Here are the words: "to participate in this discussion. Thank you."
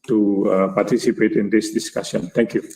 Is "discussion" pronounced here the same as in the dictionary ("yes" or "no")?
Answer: no